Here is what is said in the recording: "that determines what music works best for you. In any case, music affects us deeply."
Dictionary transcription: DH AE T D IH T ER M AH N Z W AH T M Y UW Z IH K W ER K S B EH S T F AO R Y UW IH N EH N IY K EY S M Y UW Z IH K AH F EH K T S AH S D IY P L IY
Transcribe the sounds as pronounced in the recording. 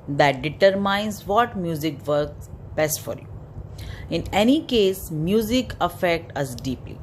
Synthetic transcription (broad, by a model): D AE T D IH T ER M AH N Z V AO T M Y UW Z IH K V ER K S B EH S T F AO R Y UW IH N EH N IY K EY S M Y UW Z IH K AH F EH K T AH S D IY P L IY